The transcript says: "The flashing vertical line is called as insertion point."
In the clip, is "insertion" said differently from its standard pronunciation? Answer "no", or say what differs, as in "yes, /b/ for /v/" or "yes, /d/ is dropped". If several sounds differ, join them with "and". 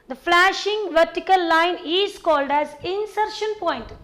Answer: no